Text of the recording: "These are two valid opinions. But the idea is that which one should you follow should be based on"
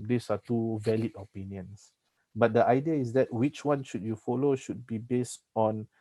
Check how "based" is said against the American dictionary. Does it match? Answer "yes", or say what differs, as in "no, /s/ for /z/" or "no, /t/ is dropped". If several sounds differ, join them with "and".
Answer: yes